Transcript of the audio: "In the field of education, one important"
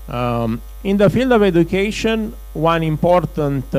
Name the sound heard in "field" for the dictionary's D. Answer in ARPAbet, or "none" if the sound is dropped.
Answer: D